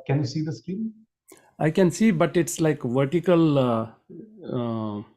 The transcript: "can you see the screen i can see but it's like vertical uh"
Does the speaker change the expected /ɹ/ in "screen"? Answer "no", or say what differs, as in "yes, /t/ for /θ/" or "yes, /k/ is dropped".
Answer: yes, /ɹ/ is dropped